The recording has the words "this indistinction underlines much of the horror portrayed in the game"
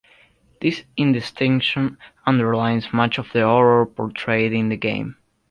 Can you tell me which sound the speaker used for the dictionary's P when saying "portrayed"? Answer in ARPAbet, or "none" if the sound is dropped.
P